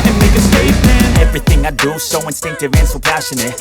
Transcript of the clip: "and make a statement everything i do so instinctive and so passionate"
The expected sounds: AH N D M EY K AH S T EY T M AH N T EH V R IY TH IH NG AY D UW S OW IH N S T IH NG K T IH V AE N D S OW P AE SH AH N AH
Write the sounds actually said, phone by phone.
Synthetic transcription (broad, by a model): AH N M EY K AH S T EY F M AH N EH V R IY TH IH NG AY D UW S OW IH N S T IH NG K T IH V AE N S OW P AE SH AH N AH